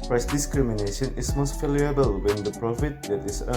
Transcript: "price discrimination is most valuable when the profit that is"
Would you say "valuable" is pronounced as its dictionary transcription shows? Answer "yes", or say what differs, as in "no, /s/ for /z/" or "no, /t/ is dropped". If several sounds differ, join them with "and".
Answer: no, /f/ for /v/